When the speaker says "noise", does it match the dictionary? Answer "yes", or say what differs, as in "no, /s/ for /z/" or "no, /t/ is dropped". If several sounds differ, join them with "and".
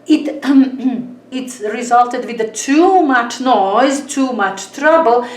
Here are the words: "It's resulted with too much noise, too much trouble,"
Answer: yes